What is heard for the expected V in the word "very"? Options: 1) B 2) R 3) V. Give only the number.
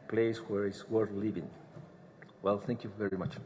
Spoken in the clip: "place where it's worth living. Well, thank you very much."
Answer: 3